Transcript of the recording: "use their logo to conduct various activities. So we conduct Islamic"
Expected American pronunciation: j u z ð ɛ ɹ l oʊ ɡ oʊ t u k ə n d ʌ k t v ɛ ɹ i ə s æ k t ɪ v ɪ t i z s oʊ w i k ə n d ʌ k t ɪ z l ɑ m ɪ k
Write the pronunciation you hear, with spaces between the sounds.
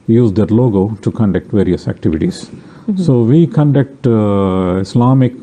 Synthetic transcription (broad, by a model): j u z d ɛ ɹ l oʊ ɡ oʊ t u k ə n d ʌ k t v ɛ ɹ i ə s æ k t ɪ v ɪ t i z s oʊ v i k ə n d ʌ k t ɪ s l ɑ m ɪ k